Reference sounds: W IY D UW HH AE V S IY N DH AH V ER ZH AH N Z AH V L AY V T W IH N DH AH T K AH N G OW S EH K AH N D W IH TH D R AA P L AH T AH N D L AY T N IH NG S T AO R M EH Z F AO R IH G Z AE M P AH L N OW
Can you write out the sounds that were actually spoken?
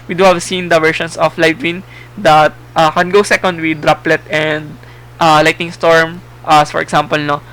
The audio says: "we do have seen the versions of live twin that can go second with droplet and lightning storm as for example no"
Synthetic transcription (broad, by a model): W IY D UW HH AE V S IY N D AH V ER SH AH N S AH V L AY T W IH N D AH T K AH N G OW S EH K AH N D W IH D R AA P L AH T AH N D L AY T IH NG S T AO R M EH S F AO R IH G S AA M P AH L N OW